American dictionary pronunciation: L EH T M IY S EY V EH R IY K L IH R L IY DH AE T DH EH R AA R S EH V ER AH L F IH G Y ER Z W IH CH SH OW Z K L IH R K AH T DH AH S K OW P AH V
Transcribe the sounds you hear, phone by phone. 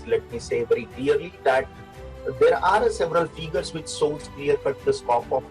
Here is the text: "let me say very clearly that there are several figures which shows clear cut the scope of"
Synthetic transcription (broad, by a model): L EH T M IY S EY V EH R IY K L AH R L IY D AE T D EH R AA R S EH V ER AH L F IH G ER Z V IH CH S OW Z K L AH R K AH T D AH S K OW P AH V